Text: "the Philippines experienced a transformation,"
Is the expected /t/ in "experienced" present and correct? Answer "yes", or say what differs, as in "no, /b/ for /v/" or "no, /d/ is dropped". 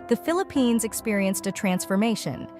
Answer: yes